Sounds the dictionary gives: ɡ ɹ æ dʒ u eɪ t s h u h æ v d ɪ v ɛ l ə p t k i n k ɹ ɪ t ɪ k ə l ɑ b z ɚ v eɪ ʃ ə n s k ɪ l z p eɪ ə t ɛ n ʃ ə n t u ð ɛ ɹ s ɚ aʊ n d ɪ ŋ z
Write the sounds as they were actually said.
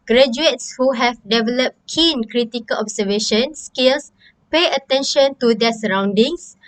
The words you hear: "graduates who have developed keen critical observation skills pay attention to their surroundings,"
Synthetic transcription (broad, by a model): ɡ ɹ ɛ dʒ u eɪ t s h u h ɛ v d ɪ v ɛ l ə p t k i n k ɹ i t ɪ k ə l ɑ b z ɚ v eɪ ʃ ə n s k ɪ l s p eɪ ə t ɛ n ʃ ə n t u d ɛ s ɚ aʊ n d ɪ ŋ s